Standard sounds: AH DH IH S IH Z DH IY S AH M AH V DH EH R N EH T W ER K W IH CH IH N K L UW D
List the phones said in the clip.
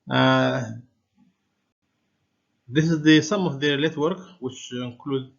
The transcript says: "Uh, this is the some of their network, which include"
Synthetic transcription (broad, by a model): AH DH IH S IH Z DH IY S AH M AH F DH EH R L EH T W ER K W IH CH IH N K L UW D